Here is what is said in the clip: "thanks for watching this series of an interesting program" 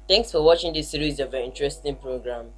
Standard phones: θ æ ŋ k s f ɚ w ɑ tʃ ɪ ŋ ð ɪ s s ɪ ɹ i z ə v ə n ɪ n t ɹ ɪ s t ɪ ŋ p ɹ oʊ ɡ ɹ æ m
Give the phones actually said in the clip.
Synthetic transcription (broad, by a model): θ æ ŋ k s f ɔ w ɑ tʃ ɪ ŋ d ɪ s s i ɹ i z ə v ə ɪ n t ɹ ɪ s t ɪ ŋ p ɹ oʊ ɡ ɹ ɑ m